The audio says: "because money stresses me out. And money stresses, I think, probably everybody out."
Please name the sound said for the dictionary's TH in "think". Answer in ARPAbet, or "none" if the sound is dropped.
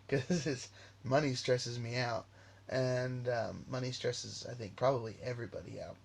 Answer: TH